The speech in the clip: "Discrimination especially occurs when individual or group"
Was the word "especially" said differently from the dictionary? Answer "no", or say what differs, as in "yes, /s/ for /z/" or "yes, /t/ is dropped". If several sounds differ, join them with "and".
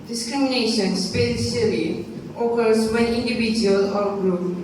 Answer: yes, /s/ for /ʃ/